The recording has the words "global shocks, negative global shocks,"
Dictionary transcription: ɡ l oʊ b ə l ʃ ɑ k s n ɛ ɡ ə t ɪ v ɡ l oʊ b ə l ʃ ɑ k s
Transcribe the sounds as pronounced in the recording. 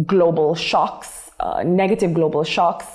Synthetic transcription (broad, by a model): ɡ l oʊ b ə l ʃ ɑ k s n ɛ ɡ ə t ɪ v ɡ l oʊ b ə l ʃ ɑ k s